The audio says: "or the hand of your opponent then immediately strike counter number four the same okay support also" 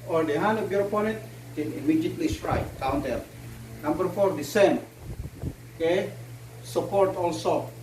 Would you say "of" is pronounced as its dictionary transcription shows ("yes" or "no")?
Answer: no